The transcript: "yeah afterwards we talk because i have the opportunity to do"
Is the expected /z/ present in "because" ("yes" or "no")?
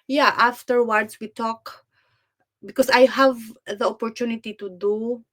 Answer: no